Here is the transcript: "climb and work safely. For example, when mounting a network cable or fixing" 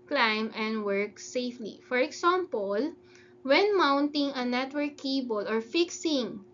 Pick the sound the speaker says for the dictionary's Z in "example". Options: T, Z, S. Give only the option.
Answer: S